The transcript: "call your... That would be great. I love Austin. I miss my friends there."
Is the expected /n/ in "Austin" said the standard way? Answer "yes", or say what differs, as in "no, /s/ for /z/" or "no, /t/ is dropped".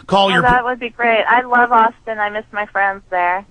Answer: yes